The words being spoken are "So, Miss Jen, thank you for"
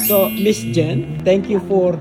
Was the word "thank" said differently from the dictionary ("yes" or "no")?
yes